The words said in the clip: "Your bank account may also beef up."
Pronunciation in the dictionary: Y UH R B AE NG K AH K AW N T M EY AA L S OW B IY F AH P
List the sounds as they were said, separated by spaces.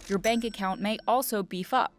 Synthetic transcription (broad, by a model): Y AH R B AE NG K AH K AW N M EY AA L S OW B IY F AH P